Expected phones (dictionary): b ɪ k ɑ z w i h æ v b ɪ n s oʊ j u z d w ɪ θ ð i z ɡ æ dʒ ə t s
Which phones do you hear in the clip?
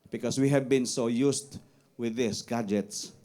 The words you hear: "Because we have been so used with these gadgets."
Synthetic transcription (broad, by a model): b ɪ k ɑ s w i h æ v b ɪ n s oʊ j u s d w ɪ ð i s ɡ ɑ dʒ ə t s